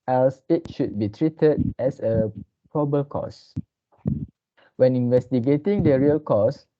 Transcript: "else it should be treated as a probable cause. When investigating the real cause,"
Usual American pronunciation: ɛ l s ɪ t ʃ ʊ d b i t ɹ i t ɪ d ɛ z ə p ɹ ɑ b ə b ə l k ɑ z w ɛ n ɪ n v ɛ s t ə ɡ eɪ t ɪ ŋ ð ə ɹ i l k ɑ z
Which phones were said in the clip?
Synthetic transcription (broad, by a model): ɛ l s ɪ t ʃ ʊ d b i t ɹ i t ɪ d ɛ s ə p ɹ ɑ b b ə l k ɑ s w ɛ n ɪ n v ɛ s t ə ɡ eɪ t ɪ ŋ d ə ɹ i l k ɑ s